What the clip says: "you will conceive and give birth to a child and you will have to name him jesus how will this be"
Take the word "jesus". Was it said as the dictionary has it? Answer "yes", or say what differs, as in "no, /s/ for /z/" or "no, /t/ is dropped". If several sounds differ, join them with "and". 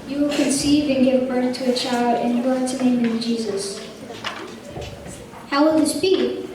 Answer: yes